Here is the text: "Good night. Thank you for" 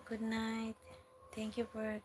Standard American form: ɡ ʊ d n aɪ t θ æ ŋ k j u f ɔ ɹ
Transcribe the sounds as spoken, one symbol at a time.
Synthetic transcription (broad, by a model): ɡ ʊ d n aɪ t t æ ŋ k j u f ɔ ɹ